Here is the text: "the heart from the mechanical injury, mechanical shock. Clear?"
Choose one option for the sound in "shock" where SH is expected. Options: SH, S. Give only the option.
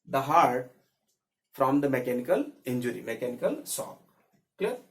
S